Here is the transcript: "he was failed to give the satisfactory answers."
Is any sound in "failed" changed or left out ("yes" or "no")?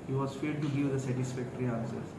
yes